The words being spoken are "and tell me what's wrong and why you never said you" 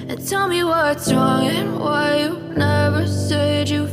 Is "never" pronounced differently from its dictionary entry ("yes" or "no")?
no